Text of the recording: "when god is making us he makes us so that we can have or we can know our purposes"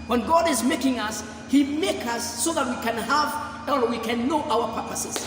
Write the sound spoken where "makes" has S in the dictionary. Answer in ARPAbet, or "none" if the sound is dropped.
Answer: none